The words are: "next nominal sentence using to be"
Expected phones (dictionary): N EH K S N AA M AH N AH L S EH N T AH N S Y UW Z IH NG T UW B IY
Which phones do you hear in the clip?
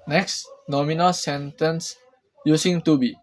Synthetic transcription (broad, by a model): N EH K S N AA M AH N AH L S EH N T AH N S Y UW S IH NG T UW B IY